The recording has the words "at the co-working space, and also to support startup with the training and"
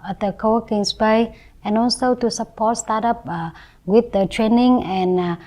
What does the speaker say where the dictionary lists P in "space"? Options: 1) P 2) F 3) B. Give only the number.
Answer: 3